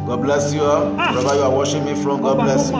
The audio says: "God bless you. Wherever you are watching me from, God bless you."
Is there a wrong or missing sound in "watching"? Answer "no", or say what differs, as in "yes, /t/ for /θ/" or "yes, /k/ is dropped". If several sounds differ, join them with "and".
yes, /ʃ/ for /tʃ/